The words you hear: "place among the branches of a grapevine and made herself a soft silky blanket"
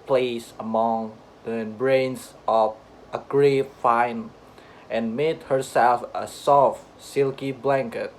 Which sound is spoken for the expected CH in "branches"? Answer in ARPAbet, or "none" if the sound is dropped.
S